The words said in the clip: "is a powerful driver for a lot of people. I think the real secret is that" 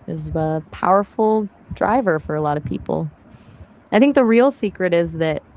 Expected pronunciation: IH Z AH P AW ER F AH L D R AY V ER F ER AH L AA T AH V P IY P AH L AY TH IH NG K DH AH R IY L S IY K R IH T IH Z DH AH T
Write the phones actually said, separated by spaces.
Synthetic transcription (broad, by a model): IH Z AH P AW ER F L D R AY V ER F ER AH L AA T AH V P IY P L AY TH IH NG K DH AH R IY L S IY K R IH T IH Z DH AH T